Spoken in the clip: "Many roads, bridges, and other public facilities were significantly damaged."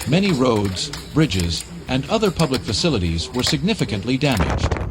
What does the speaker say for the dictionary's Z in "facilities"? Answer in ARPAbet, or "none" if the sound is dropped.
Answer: Z